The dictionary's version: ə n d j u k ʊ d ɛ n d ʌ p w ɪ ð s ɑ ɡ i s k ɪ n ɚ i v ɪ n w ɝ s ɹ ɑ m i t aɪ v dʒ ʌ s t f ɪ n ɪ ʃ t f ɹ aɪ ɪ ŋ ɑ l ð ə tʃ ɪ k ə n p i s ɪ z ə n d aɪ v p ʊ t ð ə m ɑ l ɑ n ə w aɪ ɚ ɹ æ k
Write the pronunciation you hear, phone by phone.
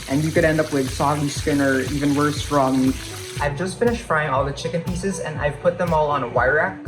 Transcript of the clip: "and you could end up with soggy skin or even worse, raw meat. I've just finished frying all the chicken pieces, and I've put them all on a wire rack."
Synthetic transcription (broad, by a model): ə n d j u k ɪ d ɛ n d ʌ p w ɪ ð s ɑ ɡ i s k ɪ n ɚ i v ɪ n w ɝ s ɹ ɑ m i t aɪ v dʒ ʌ s t f ɪ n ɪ ʃ t f ɹ aɪ ɪ ŋ ɑ l ð ə tʃ ɪ k ə n p i s ɪ z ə n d aɪ v p ʊ t ð ə m ɑ l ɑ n ə w aɪ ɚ ɹ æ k